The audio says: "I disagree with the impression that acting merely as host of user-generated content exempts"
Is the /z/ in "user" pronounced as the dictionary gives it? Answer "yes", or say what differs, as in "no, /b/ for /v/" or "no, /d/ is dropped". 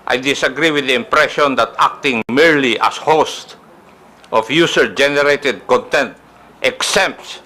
no, /s/ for /z/